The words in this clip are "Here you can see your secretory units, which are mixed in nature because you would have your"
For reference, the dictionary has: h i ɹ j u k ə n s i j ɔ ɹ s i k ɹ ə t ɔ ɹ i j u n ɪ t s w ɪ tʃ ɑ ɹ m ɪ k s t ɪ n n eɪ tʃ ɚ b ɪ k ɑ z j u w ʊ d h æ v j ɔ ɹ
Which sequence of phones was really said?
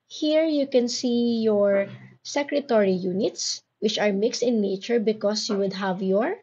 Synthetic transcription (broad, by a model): h i ɹ j u k ə n s i j ɔ ɹ s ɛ k ɹ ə t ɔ ɹ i j u n ɪ t s w ɪ tʃ ɑ ɹ m ɪ k s t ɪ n n eɪ tʃ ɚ b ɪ k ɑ s j u w ʊ d h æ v j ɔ ɹ